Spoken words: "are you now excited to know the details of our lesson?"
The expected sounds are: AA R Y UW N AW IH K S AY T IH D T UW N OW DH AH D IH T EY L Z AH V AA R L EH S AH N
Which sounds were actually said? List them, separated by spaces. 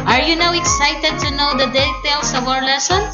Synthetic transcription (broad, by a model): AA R Y UW N AW IH K S AY T IH D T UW N OW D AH D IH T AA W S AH B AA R L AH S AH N